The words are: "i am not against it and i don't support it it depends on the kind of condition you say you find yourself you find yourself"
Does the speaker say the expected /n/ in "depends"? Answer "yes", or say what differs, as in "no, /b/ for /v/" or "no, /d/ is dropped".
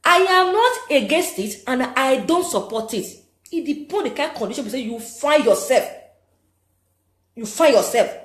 no, /n/ is dropped